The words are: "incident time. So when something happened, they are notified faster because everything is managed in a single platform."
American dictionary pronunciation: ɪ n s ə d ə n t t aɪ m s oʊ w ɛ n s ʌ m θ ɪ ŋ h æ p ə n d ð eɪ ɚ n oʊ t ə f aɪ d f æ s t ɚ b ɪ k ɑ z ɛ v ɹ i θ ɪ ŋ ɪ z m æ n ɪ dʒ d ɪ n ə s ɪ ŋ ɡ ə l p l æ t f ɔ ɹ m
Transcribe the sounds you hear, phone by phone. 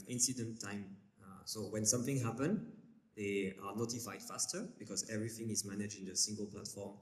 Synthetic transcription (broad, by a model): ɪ n s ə d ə n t t aɪ m s oʊ w ɛ n s ʌ m θ ɪ ŋ h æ p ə n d ð eɪ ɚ n oʊ t ə f aɪ d f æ s t ɚ b ɪ k ɑ z ɛ v ɹ i θ ɪ ŋ ɪ z m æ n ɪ dʒ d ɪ n ə s ɪ ŋ ɡ ə l p l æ t f ɔ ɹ m